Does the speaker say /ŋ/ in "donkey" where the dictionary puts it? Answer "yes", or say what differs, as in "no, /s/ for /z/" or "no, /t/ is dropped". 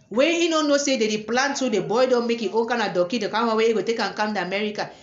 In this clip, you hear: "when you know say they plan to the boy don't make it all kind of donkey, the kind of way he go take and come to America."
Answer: no, /ŋ/ is dropped